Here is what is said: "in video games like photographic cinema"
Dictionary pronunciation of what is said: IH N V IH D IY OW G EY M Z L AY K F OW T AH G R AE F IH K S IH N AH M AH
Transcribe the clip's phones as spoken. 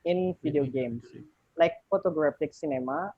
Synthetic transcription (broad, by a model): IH N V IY D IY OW G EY M S L AY K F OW T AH G R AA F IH K S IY N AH M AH